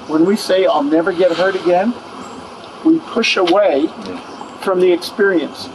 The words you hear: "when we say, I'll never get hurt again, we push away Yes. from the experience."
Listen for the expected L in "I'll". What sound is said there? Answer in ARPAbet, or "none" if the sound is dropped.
L